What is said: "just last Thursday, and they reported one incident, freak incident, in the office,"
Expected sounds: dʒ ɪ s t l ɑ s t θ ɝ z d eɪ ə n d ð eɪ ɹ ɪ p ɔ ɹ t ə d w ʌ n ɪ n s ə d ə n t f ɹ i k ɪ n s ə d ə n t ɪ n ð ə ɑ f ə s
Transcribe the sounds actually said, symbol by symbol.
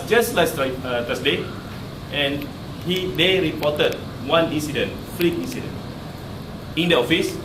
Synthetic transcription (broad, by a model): dʒ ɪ s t l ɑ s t t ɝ s d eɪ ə n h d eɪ ɹ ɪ p ɔ t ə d w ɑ n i n s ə d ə n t f l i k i n s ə d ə n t ɪ n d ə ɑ f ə s